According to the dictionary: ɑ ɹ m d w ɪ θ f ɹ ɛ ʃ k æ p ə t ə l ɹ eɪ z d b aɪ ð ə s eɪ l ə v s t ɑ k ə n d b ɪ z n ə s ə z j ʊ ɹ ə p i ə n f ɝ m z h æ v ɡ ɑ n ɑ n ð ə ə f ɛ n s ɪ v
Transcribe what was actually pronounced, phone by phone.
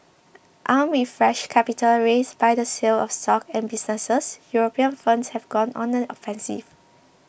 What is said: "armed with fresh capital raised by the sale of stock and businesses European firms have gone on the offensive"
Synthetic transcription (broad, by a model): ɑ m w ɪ f ɹ ɛ ʃ k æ p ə t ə l ɹ eɪ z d b aɪ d ə s eɪ l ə f s t ɑ k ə n b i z n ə s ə s j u ɹ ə p i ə n f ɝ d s h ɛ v ɡ ɑ n ɑ n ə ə f ɛ n s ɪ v